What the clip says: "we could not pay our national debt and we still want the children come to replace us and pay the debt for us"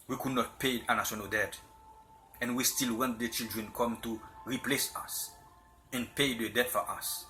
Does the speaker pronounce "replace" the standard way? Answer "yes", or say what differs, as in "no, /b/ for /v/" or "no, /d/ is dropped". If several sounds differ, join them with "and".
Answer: yes